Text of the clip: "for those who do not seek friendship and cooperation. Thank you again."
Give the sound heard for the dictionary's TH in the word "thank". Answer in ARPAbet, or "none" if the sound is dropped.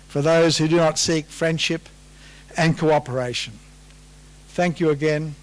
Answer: TH